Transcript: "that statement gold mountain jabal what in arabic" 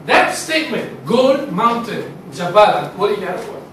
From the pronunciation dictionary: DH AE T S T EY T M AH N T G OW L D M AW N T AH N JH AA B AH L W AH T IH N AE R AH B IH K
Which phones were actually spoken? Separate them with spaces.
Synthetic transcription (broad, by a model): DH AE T S T EY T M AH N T G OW D M AW N T AH N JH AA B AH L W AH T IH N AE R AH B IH